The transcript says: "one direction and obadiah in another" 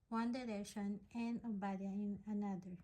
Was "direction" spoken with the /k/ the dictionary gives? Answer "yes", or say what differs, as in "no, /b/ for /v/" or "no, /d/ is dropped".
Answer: no, /k/ is dropped